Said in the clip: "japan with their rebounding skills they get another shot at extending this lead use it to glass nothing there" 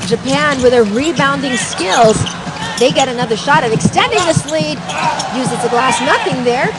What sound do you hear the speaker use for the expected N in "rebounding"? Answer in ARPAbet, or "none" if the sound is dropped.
N